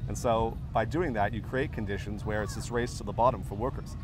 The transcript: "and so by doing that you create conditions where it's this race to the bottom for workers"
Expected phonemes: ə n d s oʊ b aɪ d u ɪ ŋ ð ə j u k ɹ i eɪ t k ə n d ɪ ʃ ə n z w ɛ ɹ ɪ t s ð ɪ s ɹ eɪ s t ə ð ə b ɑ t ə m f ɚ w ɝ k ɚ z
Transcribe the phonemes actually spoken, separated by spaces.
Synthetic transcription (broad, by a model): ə n s oʊ b aɪ d u ɪ ŋ ð ə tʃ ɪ k ɹ i eɪ t k ə n d ɪ ʃ ə n z w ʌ ɹ ɪ t s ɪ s ɹ eɪ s t ə ð ə b ɑ t ə m f ɚ w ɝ k ɚ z